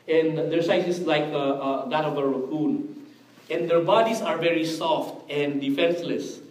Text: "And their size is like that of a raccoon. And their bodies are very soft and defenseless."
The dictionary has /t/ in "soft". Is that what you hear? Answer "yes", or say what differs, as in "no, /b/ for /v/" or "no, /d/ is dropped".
yes